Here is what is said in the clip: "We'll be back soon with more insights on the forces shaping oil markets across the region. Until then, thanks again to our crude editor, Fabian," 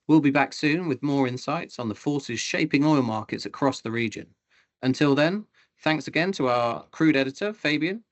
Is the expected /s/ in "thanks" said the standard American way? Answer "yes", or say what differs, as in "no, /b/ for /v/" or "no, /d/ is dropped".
yes